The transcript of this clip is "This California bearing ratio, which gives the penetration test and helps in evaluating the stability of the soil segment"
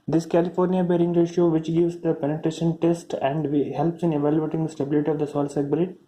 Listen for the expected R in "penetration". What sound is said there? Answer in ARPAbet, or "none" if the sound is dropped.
R